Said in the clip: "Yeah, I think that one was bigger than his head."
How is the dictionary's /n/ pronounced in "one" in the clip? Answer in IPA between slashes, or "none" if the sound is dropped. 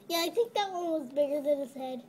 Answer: /l/